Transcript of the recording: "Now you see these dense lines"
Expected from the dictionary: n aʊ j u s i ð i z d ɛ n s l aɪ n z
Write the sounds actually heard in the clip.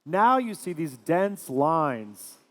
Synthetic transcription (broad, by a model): n aʊ j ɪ s i ð i z d ɛ n s l aɪ n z